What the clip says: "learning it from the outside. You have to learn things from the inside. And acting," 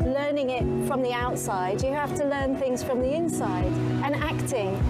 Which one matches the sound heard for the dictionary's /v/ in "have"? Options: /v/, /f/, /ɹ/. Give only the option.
/f/